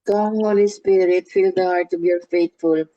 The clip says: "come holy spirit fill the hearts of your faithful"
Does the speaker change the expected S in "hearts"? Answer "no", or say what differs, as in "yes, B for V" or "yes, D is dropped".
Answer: yes, S is dropped